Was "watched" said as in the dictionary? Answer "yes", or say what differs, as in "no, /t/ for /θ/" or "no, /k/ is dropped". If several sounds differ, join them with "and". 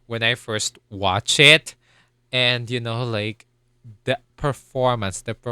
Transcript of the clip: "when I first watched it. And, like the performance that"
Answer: no, /t/ is dropped